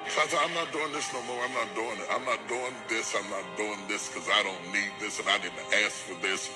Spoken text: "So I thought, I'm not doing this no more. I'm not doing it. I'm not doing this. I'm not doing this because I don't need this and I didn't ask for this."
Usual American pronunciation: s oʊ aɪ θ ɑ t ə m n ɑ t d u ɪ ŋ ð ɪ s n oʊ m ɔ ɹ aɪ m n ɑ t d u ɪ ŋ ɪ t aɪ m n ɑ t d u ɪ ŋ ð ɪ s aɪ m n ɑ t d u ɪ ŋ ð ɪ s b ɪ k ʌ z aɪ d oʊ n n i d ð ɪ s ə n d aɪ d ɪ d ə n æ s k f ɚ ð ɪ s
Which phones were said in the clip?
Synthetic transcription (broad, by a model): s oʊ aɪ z ɑ ə m n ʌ t d u ɪ ŋ ð ɪ s n oʊ m ɔ ɹ aɪ m n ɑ t d u ɪ ŋ ɪ t aɪ m n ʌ t d u ɪ ŋ ð ɪ s aɪ m n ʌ t d u ɪ ŋ ð ɪ s k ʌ z aɪ d oʊ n n i d ð ɪ s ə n aɪ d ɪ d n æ s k f ɚ ð ɪ s